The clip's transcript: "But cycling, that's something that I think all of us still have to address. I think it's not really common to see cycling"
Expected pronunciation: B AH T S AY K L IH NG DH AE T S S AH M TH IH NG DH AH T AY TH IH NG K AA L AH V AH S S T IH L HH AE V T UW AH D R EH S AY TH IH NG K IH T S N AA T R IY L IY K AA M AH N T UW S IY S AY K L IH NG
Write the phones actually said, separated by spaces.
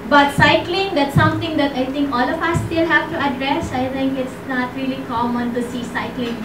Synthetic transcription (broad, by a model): B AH T S AY K L IH NG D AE T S S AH M T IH NG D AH T AY T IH NG K AA L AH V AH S S T IH L HH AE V T UW AH D R EH S AY T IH NG K IH T S N AA T R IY L IY K AA M AH N T UW S IY S AY K L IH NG